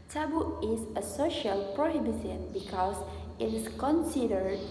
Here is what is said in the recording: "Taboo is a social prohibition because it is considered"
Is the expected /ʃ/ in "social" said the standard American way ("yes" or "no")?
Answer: yes